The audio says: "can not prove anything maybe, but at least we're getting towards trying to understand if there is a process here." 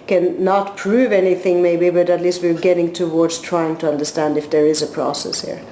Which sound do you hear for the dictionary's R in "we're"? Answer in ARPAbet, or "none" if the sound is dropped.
R